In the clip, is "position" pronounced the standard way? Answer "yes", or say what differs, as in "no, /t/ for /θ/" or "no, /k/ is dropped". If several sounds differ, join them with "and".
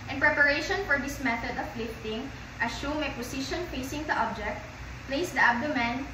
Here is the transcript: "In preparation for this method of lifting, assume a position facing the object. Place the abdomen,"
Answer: no, /s/ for /z/